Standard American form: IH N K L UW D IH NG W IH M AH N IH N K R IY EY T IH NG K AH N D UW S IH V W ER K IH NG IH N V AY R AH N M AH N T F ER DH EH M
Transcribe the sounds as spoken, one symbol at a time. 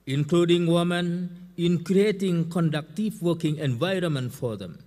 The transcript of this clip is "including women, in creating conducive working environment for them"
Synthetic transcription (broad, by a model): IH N K L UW D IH NG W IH M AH N IH N K R IY EY T IH NG K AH N D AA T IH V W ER K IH NG IH N V AY R AH N M AH N T F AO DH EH M